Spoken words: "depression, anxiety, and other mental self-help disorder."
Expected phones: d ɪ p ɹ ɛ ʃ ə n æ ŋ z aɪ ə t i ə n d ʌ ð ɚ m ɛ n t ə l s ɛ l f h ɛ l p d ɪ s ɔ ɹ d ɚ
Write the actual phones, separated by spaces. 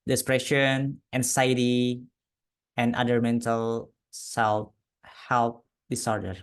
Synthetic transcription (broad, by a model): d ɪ p ɹ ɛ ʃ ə n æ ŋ s aɪ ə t i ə n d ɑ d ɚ m ɛ n t ə l s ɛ l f h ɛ l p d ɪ s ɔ ɹ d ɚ